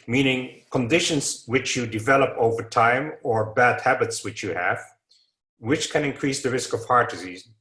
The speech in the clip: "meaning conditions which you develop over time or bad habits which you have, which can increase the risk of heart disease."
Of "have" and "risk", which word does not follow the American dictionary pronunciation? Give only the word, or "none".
none